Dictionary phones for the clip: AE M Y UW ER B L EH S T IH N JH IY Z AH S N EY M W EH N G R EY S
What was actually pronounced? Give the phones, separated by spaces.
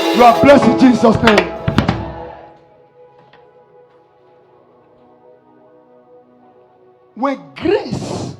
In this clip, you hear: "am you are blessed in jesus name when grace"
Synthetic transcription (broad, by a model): Y UW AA B L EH S IH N JH IY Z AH S N EY M W EH N G R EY S